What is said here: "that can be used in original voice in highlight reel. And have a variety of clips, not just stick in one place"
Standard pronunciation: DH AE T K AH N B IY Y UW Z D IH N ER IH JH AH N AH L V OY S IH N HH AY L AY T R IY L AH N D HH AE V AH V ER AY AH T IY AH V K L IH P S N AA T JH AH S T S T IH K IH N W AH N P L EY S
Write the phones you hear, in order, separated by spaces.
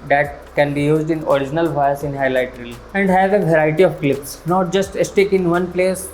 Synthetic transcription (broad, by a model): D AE T K AH N B IY Y UW Z D IH N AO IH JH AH N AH L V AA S IH N HH AY L AY T R IY L AH N D HH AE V AH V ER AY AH T IY AH V K L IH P S N AA T JH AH S T S T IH K IH N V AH N P L EY S